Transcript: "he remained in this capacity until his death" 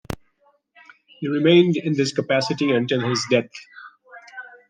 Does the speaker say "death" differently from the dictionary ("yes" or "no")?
yes